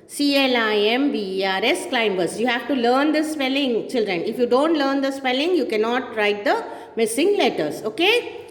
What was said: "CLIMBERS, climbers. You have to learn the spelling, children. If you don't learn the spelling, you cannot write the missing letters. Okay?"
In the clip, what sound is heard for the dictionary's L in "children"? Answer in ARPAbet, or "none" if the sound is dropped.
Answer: L